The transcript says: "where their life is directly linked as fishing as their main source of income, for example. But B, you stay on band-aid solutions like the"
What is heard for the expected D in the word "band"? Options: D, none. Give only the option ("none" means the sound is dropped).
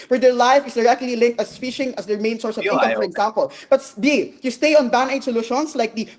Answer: none